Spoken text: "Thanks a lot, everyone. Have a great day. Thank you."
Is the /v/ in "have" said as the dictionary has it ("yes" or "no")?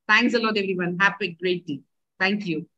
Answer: no